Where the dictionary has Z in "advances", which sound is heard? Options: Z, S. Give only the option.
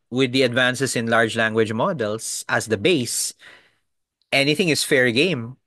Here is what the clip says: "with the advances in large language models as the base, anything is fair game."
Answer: S